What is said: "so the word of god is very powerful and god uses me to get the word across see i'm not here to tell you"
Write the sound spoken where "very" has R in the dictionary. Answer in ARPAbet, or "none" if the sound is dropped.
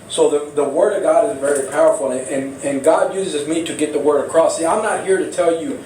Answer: R